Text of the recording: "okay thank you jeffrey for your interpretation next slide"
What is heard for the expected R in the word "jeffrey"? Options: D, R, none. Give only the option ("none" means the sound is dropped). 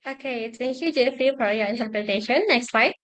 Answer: none